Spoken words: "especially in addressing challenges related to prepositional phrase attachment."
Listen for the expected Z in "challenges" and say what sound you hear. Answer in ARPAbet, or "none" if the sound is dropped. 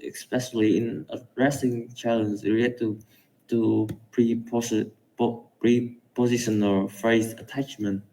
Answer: none